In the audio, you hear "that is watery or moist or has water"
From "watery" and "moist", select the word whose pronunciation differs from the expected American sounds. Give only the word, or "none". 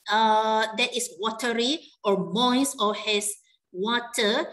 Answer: moist